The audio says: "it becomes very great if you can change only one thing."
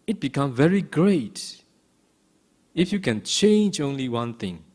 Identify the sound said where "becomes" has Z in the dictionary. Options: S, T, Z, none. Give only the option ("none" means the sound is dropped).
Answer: none